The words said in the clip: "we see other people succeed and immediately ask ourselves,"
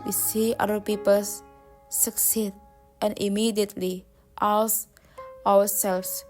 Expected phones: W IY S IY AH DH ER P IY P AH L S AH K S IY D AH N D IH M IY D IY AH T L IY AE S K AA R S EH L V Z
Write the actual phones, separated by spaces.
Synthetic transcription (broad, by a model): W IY S IY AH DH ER P IY P AH L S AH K S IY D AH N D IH M IY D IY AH T L IY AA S AA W S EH L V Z